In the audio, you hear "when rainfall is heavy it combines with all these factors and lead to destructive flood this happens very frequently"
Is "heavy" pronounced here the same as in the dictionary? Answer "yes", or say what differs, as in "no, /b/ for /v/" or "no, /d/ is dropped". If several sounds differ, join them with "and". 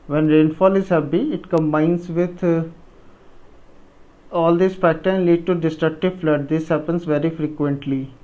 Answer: no, /p/ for /v/